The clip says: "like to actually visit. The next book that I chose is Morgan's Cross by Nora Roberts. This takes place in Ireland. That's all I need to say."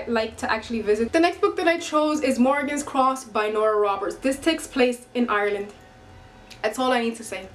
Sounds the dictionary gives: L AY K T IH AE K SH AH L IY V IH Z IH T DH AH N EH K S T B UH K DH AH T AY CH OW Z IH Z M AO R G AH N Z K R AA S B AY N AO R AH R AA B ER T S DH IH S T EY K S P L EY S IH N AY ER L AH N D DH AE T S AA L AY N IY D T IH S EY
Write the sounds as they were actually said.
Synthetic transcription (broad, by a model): L AY K T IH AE K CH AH L IY V IH Z IH T DH AH N EH K S T B UH K DH AH T AY CH OW Z IH Z M AO R G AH N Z K R AA S B AY N AO R AH R AA B ER T S DH IH S T EY K S P L EY S IH N AY ER L AH N D DH AE T S AA L AY N IY D T IH S EY